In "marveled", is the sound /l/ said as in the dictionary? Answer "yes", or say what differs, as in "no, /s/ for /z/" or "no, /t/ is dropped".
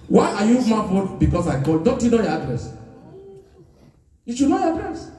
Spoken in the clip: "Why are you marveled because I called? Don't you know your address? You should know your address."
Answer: no, /l/ is dropped